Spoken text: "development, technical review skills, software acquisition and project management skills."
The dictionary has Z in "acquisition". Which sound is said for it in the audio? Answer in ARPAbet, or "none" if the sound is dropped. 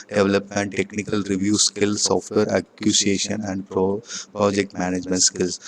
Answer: S